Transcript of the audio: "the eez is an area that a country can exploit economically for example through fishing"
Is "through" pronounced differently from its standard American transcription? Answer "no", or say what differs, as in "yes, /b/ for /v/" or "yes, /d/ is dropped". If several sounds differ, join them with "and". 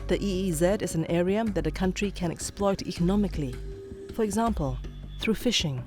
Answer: no